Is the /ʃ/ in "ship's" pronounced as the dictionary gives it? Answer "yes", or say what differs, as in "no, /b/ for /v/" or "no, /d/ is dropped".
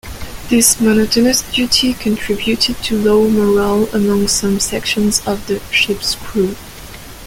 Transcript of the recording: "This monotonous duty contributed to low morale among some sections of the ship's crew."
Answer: yes